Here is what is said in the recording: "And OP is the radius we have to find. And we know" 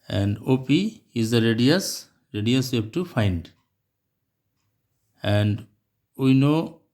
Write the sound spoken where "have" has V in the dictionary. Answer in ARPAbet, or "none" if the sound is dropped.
B